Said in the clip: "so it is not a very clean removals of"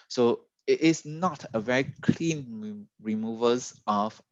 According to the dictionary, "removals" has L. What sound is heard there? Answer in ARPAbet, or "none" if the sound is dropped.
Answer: none